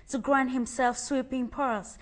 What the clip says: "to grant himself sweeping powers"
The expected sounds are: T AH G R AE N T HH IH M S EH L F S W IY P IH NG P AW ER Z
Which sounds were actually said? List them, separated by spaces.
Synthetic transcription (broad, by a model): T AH G R AE N T HH IH M S EH L F S W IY P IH NG P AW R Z